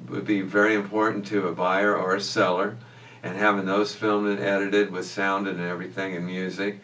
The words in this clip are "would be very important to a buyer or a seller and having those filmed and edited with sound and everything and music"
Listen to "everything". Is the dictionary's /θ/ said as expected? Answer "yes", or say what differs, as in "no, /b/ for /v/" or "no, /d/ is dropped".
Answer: yes